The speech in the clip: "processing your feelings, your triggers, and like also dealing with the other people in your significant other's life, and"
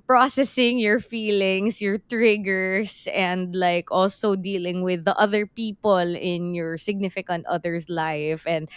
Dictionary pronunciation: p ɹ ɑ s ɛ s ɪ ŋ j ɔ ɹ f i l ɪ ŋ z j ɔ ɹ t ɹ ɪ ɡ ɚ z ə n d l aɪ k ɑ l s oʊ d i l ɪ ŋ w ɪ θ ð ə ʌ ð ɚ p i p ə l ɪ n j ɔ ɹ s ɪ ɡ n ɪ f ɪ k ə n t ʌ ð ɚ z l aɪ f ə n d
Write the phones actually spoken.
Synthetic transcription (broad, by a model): p ɹ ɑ s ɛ s ɪ ŋ j ɔ ɹ f i l ɪ ŋ s j ɔ ɹ t ɹ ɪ ɡ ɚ s ə n d l aɪ k ɑ l s oʊ d i l ɪ ŋ w ɪ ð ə ʌ ð ɚ p i p ə l ɪ n j ɔ ɹ s ɪ ɡ n ɪ f ɪ k ə n t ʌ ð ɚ s l aɪ f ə n d